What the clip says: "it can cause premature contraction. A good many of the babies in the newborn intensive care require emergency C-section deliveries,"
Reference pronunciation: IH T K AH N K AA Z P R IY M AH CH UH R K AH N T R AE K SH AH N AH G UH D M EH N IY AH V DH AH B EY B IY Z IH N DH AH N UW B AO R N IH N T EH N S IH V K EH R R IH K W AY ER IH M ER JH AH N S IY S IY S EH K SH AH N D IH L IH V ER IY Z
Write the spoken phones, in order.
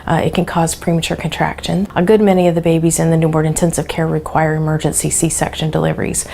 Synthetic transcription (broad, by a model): IH T K AH N K AA Z P R IY M AH CH UH R K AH N T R AE K SH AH N AH G UH D M EH N IY AH V DH AH B EY B IY Z IH N DH AH N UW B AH R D IH N T EH N S IH V K EH R R IH K W AY ER IH M ER JH AH N S IY S IY S EH K SH AH N D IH L IH V ER IY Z